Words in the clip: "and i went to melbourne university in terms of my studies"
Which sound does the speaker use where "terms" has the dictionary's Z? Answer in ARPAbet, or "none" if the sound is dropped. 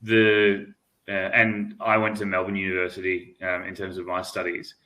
Z